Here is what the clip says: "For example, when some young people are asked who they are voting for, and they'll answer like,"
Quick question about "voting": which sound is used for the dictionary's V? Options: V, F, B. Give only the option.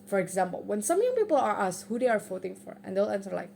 F